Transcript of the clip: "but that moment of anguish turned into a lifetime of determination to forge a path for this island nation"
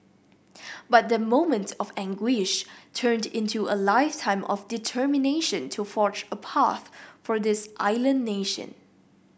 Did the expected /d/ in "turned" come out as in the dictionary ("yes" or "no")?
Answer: yes